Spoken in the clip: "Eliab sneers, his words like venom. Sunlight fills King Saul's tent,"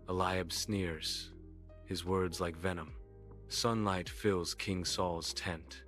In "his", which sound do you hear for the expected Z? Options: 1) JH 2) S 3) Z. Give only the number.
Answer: 3